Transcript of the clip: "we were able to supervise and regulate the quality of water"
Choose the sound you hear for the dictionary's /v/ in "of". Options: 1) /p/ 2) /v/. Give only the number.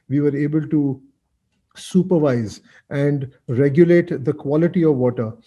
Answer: 2